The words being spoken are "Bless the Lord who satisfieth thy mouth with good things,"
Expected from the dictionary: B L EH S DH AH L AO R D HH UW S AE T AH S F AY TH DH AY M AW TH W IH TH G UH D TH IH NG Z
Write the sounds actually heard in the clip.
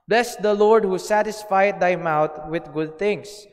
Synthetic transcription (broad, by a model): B L EH S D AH L AO R D HH UW S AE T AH S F AY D AY M AW T W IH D G UH D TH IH NG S